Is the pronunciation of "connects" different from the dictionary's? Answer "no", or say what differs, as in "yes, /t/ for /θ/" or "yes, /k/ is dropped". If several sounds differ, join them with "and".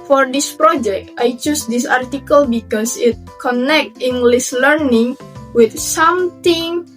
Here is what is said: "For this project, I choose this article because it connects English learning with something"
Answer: yes, /s/ is dropped